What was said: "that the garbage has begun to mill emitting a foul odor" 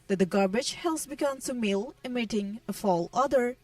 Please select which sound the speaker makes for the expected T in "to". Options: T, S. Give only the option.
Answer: S